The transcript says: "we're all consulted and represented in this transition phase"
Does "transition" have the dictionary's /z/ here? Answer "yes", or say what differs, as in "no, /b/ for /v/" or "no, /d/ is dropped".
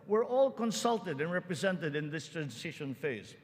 no, /s/ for /z/